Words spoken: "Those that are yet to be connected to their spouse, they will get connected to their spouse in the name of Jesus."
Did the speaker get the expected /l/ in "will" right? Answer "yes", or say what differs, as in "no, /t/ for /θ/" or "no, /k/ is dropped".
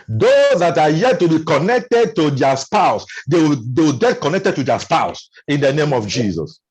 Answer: no, /w/ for /l/